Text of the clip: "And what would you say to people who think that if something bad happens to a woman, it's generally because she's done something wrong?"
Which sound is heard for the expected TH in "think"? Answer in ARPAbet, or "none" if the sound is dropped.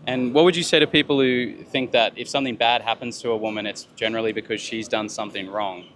TH